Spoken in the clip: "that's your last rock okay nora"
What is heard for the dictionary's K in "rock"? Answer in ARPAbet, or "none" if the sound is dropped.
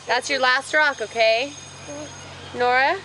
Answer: K